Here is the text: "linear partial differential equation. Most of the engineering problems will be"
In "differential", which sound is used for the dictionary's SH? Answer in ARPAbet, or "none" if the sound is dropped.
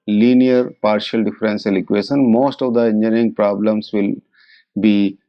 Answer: S